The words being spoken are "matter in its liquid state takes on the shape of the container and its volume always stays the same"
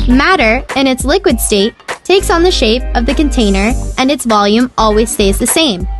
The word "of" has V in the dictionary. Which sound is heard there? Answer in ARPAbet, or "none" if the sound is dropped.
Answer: V